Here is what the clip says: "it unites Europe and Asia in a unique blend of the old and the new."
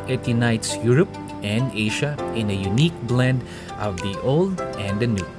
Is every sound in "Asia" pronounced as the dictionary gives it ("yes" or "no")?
no